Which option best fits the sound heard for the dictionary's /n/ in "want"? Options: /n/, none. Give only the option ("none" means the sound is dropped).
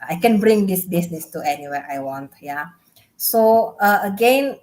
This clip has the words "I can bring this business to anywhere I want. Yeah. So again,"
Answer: /n/